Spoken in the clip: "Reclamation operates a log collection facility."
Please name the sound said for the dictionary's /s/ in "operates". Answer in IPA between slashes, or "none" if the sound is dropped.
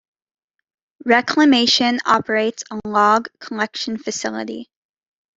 /s/